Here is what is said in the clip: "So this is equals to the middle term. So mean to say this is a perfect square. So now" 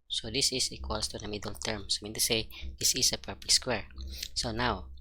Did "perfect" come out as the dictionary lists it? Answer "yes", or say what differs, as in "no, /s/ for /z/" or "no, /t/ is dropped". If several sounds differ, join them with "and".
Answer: no, /p/ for /f/